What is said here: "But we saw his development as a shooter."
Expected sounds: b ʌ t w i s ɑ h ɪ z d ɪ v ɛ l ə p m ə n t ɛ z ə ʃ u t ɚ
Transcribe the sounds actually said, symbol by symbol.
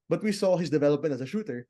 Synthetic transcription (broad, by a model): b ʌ t w i s ɑ h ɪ s d ɪ v ɛ l ə p m ə n t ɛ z ə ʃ u t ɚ